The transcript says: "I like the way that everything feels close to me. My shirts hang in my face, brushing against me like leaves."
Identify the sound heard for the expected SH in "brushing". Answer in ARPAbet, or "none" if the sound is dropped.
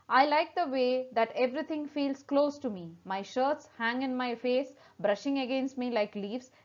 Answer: SH